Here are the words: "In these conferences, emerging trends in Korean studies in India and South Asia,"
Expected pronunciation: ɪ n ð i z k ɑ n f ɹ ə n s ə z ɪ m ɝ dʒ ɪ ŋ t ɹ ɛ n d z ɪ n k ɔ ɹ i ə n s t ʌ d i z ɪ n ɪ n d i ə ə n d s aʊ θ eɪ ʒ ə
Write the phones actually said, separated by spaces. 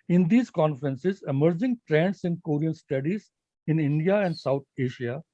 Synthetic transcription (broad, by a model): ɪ n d i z k ɑ n f ɹ ə n s ə z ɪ m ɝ dʒ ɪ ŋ t ɹ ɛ n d s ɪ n k ɔ ɹ i ə n s t ʌ d i z ɪ n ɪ n d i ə ə n d s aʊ t eɪ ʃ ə